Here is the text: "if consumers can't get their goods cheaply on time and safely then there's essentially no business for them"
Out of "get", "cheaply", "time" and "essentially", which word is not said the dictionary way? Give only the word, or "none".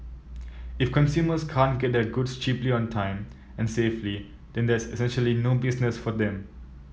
none